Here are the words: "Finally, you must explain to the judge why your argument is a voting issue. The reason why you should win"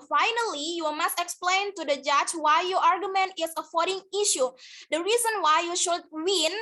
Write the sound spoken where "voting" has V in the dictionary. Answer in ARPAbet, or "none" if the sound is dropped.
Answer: F